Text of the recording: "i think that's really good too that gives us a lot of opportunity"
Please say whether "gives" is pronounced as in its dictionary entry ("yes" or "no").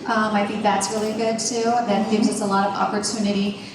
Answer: yes